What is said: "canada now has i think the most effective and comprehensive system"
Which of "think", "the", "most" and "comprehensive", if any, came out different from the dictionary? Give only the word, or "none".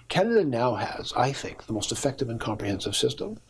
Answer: none